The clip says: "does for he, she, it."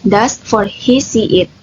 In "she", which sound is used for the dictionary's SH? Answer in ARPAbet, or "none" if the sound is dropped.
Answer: S